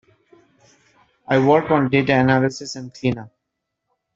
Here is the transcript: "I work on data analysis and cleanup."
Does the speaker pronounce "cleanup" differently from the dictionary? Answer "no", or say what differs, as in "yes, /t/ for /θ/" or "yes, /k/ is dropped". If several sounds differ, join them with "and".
yes, /p/ is dropped